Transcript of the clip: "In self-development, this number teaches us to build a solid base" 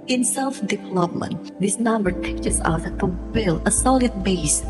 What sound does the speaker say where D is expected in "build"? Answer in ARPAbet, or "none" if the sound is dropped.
none